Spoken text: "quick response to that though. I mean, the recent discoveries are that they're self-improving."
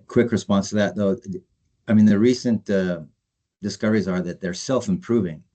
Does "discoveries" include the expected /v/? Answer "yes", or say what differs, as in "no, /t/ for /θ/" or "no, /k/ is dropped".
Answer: yes